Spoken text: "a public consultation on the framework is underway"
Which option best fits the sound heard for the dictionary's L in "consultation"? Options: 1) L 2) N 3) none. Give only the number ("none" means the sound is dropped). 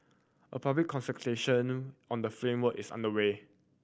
3